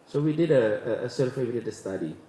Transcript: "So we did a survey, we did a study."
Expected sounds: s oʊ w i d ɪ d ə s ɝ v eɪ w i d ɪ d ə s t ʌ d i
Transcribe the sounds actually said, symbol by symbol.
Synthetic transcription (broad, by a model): s oʊ w i d ɪ d ə s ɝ f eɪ w i d ɪ d ə s t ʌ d i